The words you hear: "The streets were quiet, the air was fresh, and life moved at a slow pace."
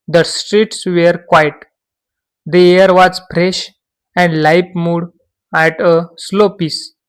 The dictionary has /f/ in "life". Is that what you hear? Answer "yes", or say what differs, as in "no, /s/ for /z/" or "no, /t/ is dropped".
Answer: no, /p/ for /f/